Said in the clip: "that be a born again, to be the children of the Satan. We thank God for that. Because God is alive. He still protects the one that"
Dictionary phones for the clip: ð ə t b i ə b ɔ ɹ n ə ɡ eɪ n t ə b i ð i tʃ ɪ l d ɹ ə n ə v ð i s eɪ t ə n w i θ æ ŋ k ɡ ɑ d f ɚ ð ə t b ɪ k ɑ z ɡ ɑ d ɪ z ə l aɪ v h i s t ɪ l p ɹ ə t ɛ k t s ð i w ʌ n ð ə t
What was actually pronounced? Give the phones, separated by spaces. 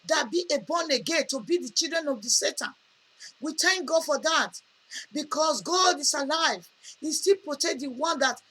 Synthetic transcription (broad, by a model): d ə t b i ə b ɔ n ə ɡ eɪ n t ə b i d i tʃ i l d ɹ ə n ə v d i s eɪ t ə n w i t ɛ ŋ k ɡ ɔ f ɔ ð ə t b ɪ k ɑ s ɡ ɑ d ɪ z ə l aɪ v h i s t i l p ɹ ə t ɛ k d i w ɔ n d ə t